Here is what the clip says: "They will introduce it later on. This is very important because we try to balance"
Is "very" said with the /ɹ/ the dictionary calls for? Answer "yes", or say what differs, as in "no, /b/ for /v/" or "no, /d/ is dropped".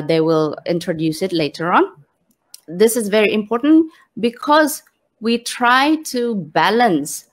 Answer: yes